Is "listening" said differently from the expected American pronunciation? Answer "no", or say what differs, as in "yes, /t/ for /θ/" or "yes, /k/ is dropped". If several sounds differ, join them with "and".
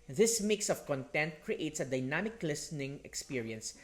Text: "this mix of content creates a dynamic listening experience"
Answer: no